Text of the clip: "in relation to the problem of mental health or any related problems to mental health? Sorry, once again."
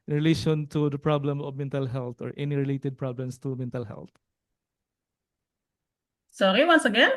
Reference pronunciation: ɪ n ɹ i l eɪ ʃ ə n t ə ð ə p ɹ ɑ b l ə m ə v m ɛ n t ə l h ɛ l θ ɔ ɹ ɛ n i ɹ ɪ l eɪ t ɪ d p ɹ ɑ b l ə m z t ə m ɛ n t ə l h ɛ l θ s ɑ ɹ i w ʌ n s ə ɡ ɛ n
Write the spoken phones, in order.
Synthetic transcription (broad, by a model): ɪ n ɹ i l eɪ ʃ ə n t ə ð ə p ɹ ɑ b l ə m ə v m ɛ n t ə l h ɛ l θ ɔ ɹ ɛ n i ɹ ɪ l eɪ t ɪ d p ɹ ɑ b l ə m s t ə m ɛ n t ə l h ɛ l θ s ɑ ɹ i w ʌ n s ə ɡ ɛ n